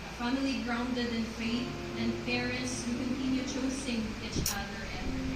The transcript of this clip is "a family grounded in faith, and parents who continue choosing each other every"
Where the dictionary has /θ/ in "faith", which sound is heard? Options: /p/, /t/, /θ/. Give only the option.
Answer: /t/